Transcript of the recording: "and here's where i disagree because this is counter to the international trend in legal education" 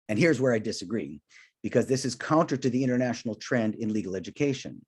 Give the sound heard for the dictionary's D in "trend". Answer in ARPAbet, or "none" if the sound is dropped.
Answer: D